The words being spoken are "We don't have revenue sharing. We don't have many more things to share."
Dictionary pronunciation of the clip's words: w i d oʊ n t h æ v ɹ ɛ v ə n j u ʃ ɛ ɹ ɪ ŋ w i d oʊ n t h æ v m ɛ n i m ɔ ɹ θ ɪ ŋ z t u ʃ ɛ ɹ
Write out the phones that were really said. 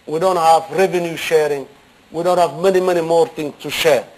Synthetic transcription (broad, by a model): w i d oʊ n t h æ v ɹ ɛ v ə n j u ʃ ɛ ɹ ɪ ŋ w i d oʊ n t h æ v m ɛ n i m ɔ ɹ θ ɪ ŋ s t u ʃ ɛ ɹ